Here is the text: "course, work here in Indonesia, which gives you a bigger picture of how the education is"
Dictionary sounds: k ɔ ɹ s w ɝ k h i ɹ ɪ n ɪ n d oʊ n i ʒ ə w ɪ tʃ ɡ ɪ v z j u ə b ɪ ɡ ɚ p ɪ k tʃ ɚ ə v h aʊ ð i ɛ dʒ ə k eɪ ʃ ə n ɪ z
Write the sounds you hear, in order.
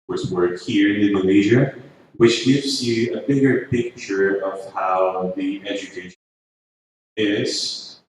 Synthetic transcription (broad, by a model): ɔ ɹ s w ɝ k h i ɹ ɪ n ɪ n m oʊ l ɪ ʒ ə w ɪ tʃ ɡ ɪ v z j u ə b ɪ ɡ ɚ p ɪ k tʃ ɚ ə v h aʊ ð i ɛ dʒ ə k eɪ ə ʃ ɪ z